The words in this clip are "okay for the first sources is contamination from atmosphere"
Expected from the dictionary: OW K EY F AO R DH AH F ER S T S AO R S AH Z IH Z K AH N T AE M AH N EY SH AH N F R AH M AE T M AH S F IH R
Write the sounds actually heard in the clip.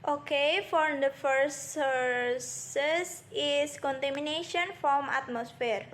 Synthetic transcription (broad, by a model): OW K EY F AO R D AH F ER T S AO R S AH S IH S K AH N T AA M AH N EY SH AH N F R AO M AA T M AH S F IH R